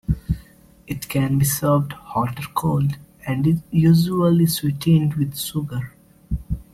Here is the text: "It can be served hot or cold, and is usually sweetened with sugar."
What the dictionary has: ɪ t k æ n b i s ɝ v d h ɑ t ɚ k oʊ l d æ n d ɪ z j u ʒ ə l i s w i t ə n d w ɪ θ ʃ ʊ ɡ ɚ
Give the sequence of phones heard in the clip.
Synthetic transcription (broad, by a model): ɪ t k æ n b i s ɝ v d h ɑ t ɚ k oʊ l d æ n d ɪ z j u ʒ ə l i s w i t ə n d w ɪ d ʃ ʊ ɡ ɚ